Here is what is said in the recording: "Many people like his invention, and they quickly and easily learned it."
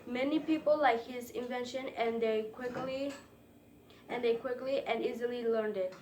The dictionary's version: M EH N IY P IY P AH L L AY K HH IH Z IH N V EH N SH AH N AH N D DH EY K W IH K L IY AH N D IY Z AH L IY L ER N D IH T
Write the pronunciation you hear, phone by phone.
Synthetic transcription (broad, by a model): M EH N IY P IY P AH L L AY K HH IH Z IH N V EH N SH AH N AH N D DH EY K W IH K L IY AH N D IY Z AH L IY L ER N D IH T